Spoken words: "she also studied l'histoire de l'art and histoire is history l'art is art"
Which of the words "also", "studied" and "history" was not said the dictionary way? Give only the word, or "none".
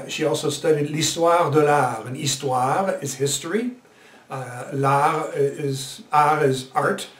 none